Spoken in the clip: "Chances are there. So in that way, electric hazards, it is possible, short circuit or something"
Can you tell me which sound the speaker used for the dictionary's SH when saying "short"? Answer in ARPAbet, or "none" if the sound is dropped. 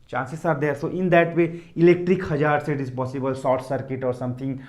S